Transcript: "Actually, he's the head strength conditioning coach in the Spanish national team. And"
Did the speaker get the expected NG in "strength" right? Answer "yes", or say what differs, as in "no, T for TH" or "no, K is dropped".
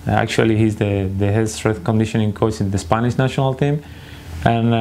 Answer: no, NG is dropped